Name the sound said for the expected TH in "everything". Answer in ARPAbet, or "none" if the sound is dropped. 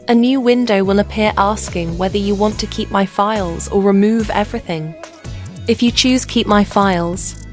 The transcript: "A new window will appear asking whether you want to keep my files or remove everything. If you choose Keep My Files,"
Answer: TH